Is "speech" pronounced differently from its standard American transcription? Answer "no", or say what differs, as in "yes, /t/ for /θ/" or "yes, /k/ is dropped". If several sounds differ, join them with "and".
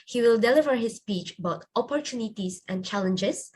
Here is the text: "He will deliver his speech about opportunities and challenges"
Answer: no